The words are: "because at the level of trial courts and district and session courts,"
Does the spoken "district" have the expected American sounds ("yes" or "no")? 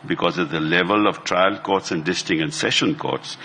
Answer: no